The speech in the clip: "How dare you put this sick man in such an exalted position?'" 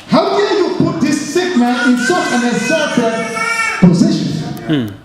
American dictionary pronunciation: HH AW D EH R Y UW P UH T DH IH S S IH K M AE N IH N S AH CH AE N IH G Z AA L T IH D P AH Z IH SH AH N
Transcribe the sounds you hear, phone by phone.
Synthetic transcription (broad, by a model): HH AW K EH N Y UW P UH T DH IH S S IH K M AE N IH N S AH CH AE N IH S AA T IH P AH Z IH SH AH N